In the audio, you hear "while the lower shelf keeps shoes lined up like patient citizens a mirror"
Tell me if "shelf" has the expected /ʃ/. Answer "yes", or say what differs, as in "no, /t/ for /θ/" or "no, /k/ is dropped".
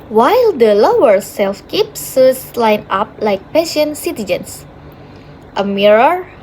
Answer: no, /s/ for /ʃ/